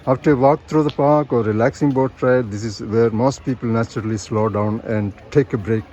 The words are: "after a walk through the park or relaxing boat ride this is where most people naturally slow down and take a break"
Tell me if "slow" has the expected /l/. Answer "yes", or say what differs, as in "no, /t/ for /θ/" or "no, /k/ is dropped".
yes